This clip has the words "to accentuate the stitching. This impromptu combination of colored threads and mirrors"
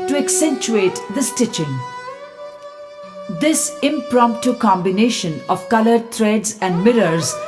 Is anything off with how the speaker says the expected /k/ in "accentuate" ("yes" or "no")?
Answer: no